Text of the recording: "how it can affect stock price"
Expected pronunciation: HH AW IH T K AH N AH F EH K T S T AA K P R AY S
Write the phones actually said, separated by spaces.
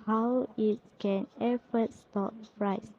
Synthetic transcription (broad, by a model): HH AW IH T K AH N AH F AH T S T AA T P R AY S